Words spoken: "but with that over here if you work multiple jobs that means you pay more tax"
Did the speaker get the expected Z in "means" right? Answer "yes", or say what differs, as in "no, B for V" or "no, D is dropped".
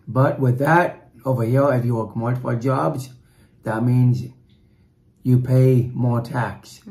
yes